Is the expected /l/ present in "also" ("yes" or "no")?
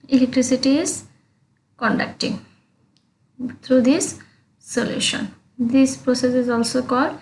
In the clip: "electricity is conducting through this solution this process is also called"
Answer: yes